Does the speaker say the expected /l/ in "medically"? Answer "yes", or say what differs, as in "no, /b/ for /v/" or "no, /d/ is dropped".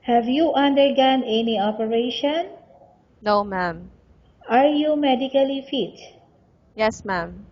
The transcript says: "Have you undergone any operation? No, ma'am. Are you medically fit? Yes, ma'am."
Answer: yes